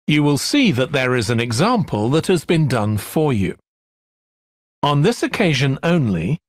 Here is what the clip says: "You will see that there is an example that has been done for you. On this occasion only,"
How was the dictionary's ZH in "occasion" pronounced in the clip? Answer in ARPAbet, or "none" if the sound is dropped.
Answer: ZH